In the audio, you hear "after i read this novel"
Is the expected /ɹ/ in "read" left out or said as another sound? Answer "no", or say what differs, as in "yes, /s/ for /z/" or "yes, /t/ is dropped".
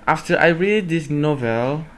no